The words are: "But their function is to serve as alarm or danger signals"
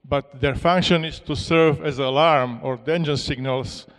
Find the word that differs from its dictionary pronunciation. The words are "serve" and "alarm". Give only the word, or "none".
none